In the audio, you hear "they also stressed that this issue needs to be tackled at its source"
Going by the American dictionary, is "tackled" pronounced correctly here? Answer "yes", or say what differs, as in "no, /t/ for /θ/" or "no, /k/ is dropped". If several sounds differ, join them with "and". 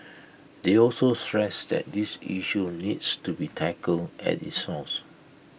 no, /d/ is dropped